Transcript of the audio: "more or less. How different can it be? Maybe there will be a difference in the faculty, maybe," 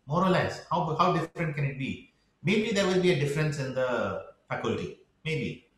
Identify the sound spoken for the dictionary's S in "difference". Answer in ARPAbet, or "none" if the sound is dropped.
S